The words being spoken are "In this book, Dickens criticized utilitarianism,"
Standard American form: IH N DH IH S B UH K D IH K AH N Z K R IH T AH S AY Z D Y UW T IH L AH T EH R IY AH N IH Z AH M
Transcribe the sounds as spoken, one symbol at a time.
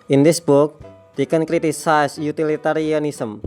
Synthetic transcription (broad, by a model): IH N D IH S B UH K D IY K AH N K R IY T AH S AY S Y UW T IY L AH T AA R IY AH N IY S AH M